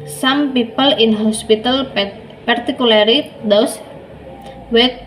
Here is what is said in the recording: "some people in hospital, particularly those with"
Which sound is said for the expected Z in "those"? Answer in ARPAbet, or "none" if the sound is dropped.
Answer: S